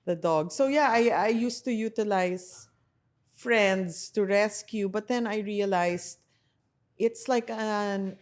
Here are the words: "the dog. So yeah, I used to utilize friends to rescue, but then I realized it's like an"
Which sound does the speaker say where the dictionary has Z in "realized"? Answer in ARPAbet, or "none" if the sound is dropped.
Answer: S